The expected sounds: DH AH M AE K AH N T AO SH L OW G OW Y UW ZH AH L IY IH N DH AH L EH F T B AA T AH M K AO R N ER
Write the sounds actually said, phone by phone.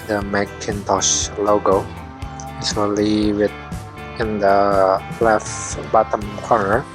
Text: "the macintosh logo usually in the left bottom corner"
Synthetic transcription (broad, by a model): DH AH M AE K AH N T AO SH L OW G OW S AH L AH W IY IH N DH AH L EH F B AA T AH M K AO R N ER